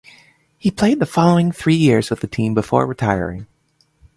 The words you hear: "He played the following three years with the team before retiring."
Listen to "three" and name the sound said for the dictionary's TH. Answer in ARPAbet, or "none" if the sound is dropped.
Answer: TH